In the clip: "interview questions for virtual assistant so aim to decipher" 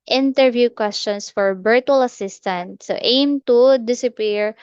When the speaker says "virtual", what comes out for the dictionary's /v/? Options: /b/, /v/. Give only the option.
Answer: /b/